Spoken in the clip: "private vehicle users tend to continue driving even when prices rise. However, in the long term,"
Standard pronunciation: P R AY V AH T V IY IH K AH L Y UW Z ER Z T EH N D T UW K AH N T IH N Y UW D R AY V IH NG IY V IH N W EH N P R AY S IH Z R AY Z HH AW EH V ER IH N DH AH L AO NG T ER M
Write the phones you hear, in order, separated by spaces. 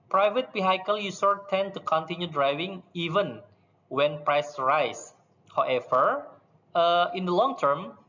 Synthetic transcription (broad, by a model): P R AY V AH T B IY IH K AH L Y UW S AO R T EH N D T UW K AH N T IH N Y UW D R AY V IH NG IY V IH N W EH N P R AY S R AY S HH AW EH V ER IH N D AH L AO NG T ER M